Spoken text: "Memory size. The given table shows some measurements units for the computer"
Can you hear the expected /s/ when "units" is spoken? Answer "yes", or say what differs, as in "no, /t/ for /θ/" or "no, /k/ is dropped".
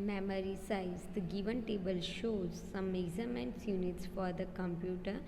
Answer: yes